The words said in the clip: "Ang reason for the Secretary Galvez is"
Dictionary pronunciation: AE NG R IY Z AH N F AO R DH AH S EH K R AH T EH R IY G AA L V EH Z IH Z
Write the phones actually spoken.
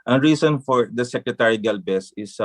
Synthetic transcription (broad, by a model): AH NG R IY S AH N F AO R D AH S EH K R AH T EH R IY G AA L B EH S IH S